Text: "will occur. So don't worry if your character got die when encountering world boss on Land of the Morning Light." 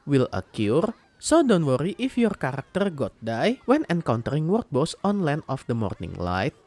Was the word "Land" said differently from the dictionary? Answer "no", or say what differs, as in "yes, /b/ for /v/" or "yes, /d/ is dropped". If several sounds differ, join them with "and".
yes, /d/ is dropped